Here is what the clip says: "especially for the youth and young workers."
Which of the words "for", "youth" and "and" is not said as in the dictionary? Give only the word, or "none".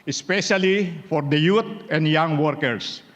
youth